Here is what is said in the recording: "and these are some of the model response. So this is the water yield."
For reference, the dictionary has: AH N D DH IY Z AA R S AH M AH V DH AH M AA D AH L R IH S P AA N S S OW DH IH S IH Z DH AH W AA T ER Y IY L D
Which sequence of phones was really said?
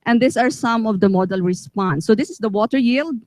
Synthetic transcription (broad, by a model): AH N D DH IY S AA R S AH M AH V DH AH M AA D AH L R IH S P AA N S S OW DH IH S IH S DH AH W AA T ER Y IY L D